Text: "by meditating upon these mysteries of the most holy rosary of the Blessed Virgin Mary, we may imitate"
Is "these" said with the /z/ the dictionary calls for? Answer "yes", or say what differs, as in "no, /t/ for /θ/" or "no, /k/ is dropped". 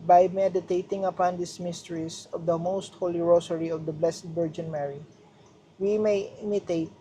no, /s/ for /z/